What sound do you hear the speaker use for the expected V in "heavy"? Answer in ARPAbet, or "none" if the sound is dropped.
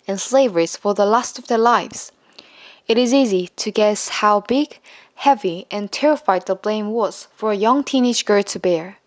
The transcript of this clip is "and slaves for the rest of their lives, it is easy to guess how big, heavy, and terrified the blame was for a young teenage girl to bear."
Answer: V